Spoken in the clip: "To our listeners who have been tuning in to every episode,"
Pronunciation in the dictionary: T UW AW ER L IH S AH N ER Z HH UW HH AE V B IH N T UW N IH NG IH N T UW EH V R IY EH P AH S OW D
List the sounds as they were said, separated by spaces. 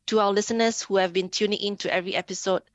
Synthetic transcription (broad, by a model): T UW AW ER L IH S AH N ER S HH UW HH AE V B IH N T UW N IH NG IH N T UW EH V R IY EH P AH S OW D